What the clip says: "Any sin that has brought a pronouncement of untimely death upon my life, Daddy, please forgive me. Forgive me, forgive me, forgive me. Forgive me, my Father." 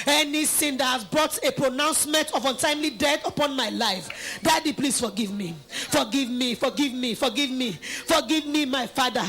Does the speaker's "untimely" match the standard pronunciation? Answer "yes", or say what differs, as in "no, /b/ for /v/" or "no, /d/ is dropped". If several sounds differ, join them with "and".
yes